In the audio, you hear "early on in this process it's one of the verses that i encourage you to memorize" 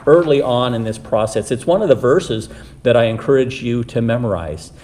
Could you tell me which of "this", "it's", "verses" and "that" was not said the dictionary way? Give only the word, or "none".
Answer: none